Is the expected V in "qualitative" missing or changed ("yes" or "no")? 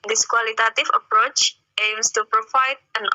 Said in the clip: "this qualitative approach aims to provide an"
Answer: yes